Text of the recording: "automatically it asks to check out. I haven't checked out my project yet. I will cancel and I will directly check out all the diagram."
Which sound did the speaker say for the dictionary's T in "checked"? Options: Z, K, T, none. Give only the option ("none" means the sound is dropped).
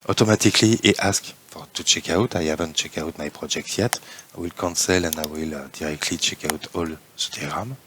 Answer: none